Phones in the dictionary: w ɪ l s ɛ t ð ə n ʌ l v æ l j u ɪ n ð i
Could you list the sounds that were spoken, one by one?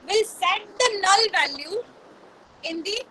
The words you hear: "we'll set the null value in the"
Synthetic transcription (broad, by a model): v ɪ l s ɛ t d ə n ʌ l v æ l j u ɪ n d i